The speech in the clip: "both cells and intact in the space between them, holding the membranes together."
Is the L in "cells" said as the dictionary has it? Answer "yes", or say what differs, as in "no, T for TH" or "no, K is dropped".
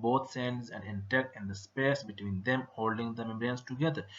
no, N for L